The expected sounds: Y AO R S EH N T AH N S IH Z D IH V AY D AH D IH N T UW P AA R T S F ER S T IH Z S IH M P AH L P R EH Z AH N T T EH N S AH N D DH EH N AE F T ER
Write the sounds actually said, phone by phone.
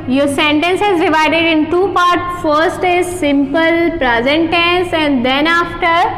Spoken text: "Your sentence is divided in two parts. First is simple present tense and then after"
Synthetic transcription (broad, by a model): Y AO R S EH N T AH N S IH Z D IH V AY D AH D IH N T UW P AA R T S F ER S T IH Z S IH M P AH L P R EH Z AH N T T EH N S AH N D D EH N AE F T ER